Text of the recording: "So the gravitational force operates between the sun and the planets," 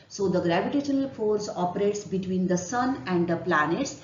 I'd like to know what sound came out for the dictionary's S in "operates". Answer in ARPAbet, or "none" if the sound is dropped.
S